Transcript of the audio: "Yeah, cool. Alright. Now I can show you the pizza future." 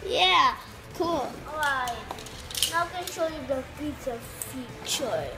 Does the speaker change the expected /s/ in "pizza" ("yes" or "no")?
yes